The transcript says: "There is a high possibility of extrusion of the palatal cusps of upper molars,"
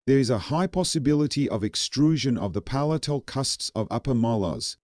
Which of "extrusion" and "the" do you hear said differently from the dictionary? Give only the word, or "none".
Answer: none